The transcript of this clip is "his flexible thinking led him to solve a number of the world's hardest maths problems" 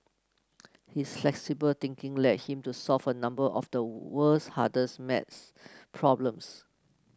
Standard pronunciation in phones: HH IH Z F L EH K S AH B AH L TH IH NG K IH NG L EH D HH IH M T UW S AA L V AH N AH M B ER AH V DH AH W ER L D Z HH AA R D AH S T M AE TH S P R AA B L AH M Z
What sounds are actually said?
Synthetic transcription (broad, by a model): HH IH S F L EH K S AH B AH L T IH NG K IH NG L EH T HH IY M T UW S AA L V AH N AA M B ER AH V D AH W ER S HH AA D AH S M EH T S P R AA B L AH M S